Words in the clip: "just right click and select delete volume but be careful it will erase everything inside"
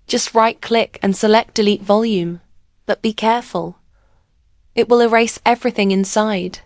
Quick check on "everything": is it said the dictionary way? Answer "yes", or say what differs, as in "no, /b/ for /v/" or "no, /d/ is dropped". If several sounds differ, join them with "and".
yes